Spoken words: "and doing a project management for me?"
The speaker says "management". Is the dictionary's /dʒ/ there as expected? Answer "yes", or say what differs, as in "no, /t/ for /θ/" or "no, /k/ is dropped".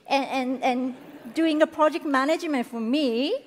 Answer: yes